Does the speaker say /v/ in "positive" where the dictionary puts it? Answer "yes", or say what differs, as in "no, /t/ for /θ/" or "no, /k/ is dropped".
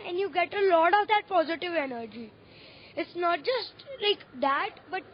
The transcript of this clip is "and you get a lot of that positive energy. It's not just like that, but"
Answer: yes